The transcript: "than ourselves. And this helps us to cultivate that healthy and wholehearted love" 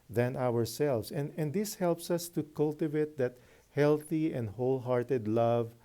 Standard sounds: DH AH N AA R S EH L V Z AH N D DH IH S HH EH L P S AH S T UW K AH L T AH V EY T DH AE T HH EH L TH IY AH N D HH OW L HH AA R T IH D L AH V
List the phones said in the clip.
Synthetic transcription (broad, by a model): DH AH N AA R S EH L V S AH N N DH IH S HH EH L P S AH S T UW K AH L T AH V EY T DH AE T HH EH L TH IY AH N D HH OW L HH AA R T IH D L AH V